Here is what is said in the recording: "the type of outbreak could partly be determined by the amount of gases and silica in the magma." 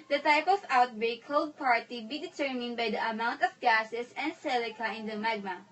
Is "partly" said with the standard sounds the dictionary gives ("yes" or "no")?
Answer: no